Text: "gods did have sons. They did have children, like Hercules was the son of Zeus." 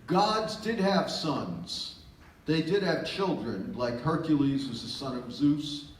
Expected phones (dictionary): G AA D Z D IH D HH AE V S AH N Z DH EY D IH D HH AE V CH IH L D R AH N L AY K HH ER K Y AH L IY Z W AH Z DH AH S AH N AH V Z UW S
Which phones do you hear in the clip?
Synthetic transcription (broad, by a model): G AA D Z D IH D HH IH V S AH N Z DH EY D IH D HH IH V CH IH L D R AH N L AY K HH ER K Y AH L IY Z W AH Z DH AH S AH N AH V Z UW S